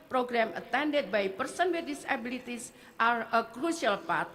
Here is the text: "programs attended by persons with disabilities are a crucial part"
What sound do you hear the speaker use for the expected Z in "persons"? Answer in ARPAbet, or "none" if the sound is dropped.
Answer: none